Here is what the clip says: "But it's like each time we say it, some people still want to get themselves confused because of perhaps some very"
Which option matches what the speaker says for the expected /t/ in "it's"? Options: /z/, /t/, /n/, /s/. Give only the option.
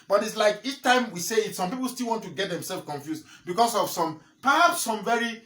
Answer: /t/